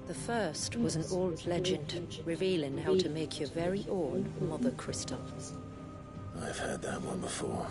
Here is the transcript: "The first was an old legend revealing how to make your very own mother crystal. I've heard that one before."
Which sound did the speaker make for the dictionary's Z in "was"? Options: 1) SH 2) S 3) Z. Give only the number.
3